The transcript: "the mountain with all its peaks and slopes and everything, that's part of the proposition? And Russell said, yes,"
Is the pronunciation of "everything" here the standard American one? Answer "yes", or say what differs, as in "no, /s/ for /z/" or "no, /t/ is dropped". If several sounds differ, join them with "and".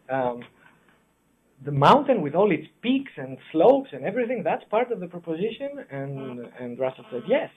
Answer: yes